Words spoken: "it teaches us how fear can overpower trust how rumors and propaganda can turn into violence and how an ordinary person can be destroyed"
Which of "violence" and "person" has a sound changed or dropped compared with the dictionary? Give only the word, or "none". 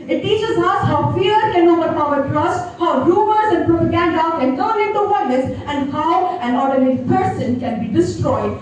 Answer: violence